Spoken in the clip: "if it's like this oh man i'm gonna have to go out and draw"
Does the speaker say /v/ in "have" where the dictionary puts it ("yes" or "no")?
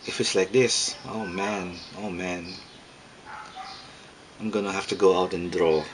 no